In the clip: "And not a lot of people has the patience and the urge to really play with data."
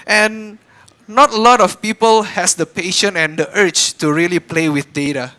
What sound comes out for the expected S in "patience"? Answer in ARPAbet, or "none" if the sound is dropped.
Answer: none